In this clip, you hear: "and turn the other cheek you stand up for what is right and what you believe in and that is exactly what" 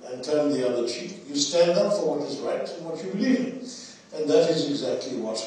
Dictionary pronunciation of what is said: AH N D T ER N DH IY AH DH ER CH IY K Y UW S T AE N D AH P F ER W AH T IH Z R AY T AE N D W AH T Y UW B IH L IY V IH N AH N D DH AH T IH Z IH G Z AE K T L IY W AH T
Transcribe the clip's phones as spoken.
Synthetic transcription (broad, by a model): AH N T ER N DH IY AH DH ER CH IY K Y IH S T AE N D AH P F ER W AH T IH Z R AY T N W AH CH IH B IH L IY V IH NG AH N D DH AH T IH Z IH G Z AE K T L IY W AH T